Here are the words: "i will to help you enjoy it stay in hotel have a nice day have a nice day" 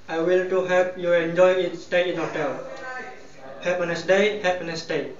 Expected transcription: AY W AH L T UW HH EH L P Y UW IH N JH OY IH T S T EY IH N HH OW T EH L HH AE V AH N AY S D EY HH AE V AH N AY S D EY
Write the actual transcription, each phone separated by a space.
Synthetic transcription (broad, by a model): AY W AH L T UW HH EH P Y UW IH N JH OY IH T S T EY IH N HH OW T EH L HH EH P AH N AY S D EY HH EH P AH N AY S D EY